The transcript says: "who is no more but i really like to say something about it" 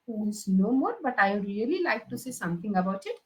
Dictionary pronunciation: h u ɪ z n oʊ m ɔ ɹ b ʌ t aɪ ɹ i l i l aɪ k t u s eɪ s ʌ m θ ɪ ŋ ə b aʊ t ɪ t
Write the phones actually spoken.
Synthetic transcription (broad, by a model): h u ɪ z n oʊ m ɔ ɹ b ʌ t aɪ ɹ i l i l aɪ k t u s eɪ s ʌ m t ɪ ŋ ə b aʊ t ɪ t